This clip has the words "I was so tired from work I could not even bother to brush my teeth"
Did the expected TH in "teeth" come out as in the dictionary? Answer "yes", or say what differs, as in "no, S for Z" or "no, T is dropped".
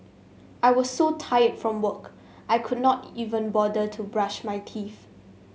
no, F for TH